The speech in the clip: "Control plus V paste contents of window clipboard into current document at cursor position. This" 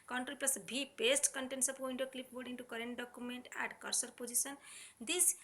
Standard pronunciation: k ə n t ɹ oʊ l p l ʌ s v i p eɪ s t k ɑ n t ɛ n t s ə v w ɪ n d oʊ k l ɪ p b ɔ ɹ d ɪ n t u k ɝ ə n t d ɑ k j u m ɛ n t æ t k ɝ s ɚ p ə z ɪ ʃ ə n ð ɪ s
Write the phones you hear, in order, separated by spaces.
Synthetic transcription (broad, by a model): k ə n t ɹ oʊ l p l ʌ s b i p eɪ s t k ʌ n t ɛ n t s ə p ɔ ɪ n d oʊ k l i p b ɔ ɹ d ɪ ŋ t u k ɝ ə n t d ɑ k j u m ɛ n t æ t k ɝ s ɚ p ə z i s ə n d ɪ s